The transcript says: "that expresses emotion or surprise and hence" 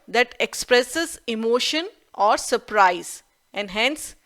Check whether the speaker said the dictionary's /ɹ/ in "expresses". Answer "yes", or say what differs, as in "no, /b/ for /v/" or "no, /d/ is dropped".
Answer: yes